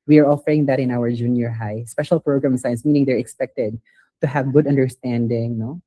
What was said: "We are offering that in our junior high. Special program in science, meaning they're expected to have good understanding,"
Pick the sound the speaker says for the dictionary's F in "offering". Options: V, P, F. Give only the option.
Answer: F